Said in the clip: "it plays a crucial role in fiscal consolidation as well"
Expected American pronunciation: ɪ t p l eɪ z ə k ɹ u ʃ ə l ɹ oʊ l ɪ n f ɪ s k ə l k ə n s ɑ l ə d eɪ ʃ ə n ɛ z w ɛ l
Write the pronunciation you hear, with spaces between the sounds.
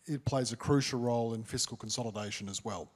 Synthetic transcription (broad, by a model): ɪ t p l eɪ z ə k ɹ u ʃ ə l ɹ oʊ l ɪ n f ɪ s k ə l k ə n s ɑ l ə d eɪ ʃ ə n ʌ z w ɛ l